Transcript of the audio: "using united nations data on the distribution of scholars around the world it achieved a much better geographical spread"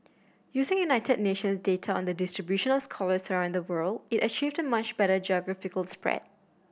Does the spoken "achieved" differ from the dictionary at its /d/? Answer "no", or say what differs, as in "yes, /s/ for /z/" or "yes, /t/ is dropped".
no